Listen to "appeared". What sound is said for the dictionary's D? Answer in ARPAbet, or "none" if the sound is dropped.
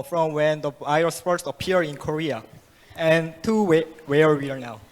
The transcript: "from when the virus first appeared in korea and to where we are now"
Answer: none